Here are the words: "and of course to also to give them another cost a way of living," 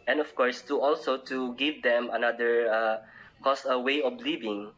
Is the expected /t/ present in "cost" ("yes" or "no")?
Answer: no